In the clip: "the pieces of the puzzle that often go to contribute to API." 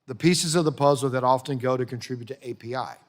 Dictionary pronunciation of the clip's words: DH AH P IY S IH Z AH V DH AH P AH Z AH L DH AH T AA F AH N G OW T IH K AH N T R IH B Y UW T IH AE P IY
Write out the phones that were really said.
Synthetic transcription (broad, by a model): DH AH P IY S IH Z AH V DH AH P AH Z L DH AH T AA F AH N G OW T IH K AH N T R IH B Y UW T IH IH P IY